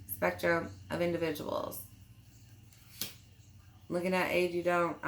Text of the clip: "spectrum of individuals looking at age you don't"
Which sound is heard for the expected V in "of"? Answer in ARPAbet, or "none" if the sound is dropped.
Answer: V